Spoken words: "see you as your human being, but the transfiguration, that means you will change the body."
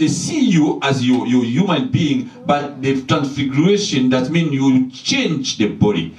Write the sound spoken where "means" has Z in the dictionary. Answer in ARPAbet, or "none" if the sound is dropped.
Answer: none